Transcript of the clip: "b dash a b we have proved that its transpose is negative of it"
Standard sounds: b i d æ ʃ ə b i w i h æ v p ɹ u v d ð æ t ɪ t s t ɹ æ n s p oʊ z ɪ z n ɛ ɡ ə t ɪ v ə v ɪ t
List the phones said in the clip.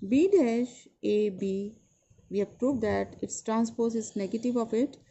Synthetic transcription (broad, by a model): b i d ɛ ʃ ə b i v i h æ p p ɹ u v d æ t ɪ t s t ɹ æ n s p oʊ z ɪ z n ɛ ɡ ə t ɪ v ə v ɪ t